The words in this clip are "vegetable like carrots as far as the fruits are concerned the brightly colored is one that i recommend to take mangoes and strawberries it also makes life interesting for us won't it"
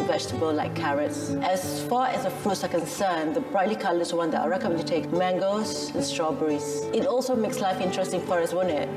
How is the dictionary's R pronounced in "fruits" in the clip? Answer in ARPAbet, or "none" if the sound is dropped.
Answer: none